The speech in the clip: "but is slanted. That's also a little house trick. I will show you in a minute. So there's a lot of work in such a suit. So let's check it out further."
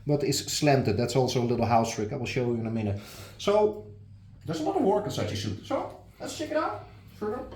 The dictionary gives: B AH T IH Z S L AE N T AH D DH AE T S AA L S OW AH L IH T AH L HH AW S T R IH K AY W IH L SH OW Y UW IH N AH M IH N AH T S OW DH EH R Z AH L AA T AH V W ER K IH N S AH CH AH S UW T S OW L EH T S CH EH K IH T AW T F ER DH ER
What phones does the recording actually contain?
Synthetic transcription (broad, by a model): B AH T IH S S L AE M T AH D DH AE T S AA L S OW AH L IH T L HH AW S T R IH K AY W IH L SH OW Y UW IH N AH M IH N AH T S OW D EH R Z AH N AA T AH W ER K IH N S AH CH AH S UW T S OW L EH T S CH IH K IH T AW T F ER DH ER